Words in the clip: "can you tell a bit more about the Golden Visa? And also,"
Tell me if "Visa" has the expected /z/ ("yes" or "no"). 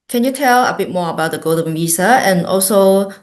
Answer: no